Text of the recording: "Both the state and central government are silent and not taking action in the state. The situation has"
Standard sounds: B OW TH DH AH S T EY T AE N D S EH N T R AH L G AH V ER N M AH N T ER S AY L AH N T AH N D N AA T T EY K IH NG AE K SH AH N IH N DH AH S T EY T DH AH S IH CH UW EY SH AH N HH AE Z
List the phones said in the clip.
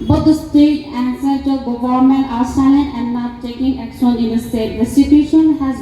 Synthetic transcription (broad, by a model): B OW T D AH S T EY T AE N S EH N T AH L G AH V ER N M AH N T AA S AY AH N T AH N N AA T T EY K IH NG AE K SH AH N IH N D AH S T EY T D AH S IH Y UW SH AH N HH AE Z